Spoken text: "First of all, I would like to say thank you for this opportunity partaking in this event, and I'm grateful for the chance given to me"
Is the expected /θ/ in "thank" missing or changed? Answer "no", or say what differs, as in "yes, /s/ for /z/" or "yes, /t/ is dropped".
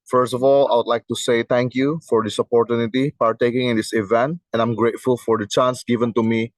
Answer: yes, /t/ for /θ/